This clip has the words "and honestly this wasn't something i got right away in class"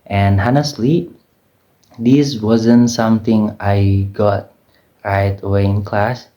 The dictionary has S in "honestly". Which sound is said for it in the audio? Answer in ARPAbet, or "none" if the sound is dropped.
S